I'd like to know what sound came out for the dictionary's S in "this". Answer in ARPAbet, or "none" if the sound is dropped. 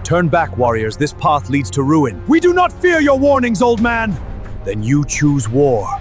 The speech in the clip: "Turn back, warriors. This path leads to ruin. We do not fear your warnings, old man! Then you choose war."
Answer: S